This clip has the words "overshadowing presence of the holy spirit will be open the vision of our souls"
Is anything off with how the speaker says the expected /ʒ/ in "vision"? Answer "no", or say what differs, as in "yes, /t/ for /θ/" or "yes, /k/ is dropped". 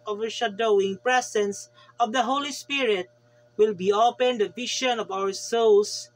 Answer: yes, /ʃ/ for /ʒ/